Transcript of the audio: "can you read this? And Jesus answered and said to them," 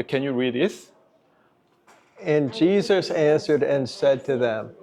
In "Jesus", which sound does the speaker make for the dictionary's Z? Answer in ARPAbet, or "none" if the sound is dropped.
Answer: Z